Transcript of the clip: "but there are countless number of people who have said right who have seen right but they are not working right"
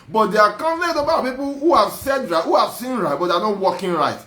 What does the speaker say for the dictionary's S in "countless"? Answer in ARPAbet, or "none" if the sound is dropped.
none